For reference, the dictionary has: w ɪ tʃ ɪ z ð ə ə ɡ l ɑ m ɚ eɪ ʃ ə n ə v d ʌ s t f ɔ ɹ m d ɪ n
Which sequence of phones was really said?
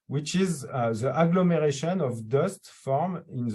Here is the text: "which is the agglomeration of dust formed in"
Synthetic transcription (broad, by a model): w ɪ tʃ ɪ z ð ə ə ɡ l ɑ m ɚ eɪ ʃ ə n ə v d ʌ s t f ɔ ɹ m ɪ n